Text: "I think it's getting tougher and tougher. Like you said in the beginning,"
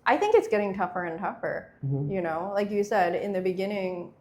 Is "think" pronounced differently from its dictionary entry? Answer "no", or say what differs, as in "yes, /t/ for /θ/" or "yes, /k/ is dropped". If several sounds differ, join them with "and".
no